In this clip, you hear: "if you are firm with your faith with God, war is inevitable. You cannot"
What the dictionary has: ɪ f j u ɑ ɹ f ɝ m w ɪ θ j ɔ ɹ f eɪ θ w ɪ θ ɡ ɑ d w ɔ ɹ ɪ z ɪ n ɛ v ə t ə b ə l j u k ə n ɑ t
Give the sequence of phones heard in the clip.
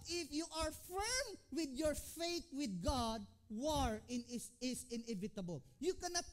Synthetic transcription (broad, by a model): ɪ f j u ɑ ɹ f ɝ m w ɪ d j ɔ ɹ f eɪ t w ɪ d ɡ ɑ d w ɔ ɹ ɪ s ɪ n ɛ v ə t ə b ə l j u k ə n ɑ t